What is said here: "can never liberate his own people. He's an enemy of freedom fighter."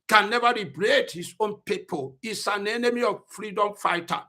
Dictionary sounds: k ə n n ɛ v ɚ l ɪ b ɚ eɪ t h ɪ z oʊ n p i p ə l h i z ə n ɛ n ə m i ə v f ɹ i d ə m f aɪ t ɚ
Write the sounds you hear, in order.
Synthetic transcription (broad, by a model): k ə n n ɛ v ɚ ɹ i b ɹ eɪ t h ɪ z oʊ n p i p ə l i s ə n ɛ n ə m i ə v f ɹ i d ə m f aɪ t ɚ